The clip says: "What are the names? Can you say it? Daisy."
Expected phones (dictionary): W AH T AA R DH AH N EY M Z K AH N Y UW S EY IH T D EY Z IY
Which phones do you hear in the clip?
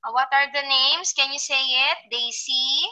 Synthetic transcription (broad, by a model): W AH T AA R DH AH N EY M S K AH N Y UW S EY IH T D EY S IY